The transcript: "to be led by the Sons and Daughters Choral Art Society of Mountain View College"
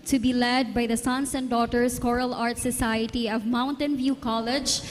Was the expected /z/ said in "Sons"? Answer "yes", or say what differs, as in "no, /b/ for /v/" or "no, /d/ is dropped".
no, /s/ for /z/